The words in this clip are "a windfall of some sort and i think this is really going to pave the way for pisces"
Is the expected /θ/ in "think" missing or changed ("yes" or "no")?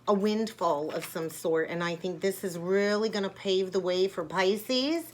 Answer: no